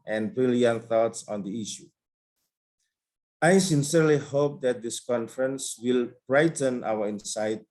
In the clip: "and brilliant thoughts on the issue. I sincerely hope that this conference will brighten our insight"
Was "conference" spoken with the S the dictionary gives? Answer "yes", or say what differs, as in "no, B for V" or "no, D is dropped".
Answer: yes